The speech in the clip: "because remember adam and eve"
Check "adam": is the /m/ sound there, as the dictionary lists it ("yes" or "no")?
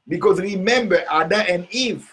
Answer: no